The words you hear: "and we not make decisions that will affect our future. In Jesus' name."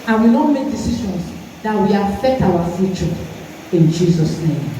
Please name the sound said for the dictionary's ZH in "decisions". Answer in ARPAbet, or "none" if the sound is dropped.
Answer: SH